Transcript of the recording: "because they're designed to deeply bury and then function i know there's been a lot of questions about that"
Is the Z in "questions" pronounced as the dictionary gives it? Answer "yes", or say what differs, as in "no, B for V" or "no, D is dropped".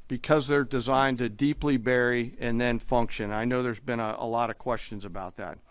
yes